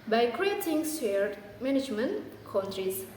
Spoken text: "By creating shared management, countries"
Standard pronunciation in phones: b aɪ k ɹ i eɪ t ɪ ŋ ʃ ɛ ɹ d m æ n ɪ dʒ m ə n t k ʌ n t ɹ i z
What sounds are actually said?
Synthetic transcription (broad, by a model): b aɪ k ɹ i eɪ t ɪ ŋ s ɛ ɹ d m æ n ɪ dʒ m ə n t k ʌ n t ɹ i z